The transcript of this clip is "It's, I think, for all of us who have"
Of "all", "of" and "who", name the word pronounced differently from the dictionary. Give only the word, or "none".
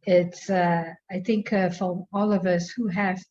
none